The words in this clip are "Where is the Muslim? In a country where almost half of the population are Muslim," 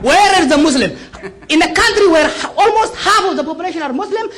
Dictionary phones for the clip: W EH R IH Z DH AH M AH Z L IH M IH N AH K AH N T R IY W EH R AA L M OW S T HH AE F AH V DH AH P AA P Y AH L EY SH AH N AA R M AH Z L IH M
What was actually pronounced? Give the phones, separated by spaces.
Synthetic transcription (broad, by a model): W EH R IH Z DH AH M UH S L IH M IH N AH K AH N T R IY W EH R AA L M OW S T HH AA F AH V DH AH P AA P Y AH L EY SH AH N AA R M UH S L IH M